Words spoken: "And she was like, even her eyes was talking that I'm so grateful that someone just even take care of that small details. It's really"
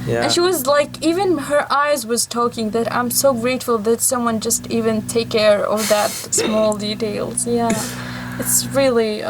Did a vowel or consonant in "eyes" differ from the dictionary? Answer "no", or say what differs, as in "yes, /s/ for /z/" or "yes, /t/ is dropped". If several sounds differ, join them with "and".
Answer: no